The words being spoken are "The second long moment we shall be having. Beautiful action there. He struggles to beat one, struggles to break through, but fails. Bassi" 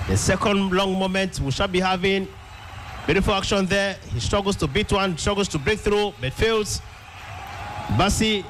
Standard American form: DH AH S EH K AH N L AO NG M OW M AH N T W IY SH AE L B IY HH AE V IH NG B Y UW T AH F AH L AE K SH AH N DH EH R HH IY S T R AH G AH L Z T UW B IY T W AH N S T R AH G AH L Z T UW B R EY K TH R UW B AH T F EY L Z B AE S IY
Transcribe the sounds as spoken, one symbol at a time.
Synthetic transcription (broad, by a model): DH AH S EH K AH N L AO NG M OW M AH N T W IY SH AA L B IY HH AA V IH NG B Y UW T AH F AH L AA K SH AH N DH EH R HH IY S T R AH G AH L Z T UW B IY T W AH N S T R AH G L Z T UW B R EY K TH R UW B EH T F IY L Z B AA S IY